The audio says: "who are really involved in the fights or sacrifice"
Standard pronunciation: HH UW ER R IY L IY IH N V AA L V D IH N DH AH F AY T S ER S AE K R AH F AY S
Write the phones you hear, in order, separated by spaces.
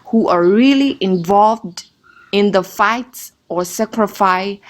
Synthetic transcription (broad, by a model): HH UW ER R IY L IY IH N V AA L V D IH N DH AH F AY T S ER S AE K R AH F AY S